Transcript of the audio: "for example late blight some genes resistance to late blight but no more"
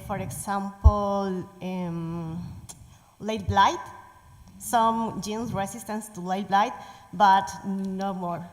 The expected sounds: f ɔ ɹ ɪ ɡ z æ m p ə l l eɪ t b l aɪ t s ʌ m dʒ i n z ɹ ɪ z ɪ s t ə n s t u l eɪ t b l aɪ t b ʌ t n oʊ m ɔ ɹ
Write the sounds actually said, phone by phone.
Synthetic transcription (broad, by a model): f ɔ ɹ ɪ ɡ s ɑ m p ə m l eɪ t b l aɪ t s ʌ m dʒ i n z ɹ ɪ s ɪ s t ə n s t u l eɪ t b l aɪ t b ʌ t n oʊ m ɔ ɹ